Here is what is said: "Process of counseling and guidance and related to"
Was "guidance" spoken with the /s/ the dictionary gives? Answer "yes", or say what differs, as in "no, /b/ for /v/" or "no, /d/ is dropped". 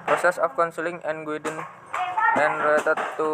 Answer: no, /s/ is dropped